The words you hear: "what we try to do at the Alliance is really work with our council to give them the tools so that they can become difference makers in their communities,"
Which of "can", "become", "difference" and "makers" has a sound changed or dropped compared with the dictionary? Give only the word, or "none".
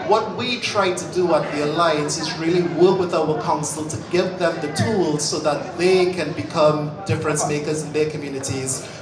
none